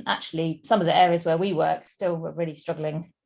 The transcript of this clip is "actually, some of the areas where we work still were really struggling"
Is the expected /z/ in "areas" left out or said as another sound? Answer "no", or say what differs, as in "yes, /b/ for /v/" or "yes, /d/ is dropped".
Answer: no